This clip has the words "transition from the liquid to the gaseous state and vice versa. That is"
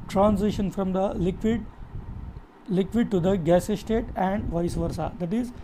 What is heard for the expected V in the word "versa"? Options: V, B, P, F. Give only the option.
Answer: V